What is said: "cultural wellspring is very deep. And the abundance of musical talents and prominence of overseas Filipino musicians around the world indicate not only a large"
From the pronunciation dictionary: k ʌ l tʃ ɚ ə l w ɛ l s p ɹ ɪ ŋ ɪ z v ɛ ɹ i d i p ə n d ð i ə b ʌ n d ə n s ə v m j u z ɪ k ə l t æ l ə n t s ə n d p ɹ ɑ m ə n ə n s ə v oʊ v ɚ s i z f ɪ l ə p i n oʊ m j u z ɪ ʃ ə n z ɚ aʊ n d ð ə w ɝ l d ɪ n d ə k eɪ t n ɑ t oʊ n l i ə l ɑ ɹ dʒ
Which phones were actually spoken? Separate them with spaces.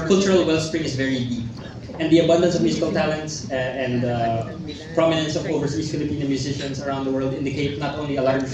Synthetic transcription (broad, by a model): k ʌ l tʃ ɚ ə l w ɛ l s p ɹ ɪ ŋ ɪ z v ɛ ɹ i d i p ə n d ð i ə b ʌ n d ə n s ə v m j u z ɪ k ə l t æ l ə n t s ə n d p ɹ ɑ m ə n ə n s ə v oʊ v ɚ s i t f ɪ l ə p i n oʊ m j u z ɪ ʃ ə n s ɚ aʊ n d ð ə w ɝ l d ɪ n d ə k eɪ t n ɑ t oʊ n l i ə l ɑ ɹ